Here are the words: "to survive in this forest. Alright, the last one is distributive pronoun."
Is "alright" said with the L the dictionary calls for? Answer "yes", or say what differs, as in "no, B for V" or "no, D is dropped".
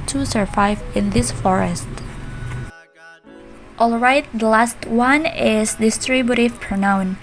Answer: yes